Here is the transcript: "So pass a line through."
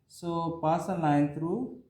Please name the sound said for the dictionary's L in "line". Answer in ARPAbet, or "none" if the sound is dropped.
N